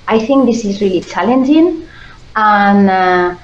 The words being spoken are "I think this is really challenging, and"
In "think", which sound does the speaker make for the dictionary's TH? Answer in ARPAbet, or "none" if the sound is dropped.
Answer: TH